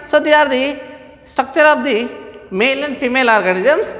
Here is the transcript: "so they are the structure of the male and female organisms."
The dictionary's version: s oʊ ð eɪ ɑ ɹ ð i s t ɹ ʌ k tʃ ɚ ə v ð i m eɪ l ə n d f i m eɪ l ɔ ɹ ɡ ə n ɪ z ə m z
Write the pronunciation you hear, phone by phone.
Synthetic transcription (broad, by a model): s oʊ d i ɑ ɹ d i s t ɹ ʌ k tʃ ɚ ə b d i m eɪ l ə n d p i m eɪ l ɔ ɹ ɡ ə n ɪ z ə m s